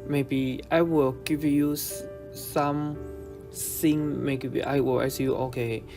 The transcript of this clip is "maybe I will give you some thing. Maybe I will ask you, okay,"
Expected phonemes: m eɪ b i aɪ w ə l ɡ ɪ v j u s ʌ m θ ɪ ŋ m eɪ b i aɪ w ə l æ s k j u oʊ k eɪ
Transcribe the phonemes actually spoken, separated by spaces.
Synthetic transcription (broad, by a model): m eɪ b i aɪ w ə l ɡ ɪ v j u s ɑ m s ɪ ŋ m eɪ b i aɪ w ə l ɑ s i j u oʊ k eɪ